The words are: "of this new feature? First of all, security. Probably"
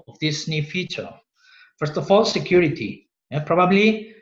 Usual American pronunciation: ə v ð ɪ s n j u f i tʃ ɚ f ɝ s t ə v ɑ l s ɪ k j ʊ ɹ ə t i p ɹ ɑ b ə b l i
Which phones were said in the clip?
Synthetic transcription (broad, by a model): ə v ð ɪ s n j u f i tʃ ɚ f ɝ s t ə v ɑ l s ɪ k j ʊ ɹ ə t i p ɹ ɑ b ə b l i